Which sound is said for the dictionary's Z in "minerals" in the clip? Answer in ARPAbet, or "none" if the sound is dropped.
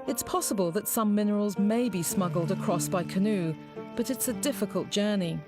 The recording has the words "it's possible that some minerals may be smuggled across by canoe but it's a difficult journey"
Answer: Z